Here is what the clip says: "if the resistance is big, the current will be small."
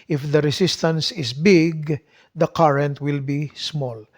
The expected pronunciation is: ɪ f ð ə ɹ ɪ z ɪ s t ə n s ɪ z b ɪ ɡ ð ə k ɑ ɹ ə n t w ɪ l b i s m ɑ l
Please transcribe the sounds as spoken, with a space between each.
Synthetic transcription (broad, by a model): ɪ f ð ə ɹ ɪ s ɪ s t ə n s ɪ s b ɪ ɡ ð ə k ɑ ɹ ə n t w ɪ l b i s m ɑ l